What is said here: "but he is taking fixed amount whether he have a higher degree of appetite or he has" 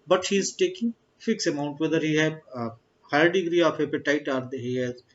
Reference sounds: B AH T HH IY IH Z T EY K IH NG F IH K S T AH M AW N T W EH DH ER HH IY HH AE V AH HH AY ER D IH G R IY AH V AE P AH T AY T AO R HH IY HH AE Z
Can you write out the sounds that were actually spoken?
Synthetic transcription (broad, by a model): B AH T HH IY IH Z T EY K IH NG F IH K S AH M AW N T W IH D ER HH IY HH AH HH AY ER D IH G R IY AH P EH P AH T AY T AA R HH IY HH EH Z